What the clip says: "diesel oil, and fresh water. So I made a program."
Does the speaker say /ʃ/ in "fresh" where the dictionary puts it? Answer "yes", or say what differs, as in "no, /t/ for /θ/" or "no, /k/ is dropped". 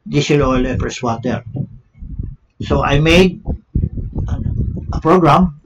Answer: no, /s/ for /ʃ/